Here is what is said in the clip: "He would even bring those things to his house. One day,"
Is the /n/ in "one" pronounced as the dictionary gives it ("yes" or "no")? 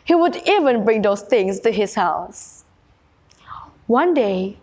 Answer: yes